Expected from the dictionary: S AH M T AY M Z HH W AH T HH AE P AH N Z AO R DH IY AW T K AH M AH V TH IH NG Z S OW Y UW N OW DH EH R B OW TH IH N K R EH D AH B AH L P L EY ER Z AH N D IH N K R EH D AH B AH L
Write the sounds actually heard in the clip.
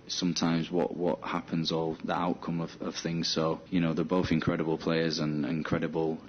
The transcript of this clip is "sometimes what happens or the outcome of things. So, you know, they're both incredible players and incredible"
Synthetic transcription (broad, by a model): S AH M T AY M Z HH W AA T HH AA P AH N Z AO L DH IY AW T K AH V AH V TH IH NG Z S OW Y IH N OW DH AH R B OW TH IH N K R EH D AH B AH L P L EY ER Z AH N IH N K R EH D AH B AH L